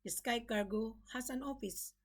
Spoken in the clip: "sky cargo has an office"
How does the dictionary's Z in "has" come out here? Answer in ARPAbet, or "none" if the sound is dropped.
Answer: S